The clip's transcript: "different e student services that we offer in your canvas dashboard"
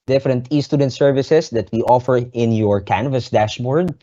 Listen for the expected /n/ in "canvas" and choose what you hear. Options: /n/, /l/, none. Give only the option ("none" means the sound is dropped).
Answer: /n/